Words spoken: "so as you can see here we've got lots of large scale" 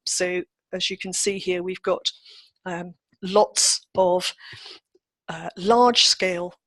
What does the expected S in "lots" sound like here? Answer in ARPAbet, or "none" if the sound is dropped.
S